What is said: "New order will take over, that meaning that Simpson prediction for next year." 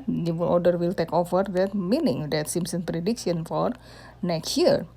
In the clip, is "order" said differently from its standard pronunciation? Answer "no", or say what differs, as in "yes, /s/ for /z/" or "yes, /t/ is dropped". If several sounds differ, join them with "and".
yes, /l/ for /ɹ/